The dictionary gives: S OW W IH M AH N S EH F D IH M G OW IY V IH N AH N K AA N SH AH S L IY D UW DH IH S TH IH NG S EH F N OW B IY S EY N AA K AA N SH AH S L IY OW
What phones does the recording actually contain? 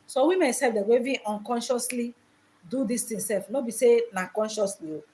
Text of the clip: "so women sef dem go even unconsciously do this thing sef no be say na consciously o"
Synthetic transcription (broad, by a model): S OW W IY M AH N S EH F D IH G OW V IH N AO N K AA N SH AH S L IY D UW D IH S T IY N S EH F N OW B IY S EY N AA K AA N SH AH S L IY OW